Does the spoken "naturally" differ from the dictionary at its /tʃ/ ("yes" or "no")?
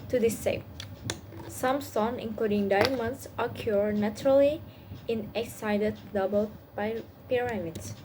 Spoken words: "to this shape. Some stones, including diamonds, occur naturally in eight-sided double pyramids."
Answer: no